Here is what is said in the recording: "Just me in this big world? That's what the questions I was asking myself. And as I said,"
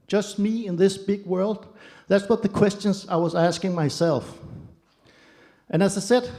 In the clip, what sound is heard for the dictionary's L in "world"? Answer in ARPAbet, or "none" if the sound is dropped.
L